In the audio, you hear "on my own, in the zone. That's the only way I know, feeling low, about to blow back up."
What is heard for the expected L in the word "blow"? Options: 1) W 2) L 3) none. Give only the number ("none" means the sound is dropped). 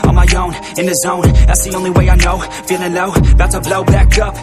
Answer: 2